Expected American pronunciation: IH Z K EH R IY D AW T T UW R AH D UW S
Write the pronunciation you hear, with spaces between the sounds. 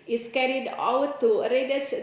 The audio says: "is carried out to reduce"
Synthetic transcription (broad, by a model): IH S K EH R IY D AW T T UW R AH D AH S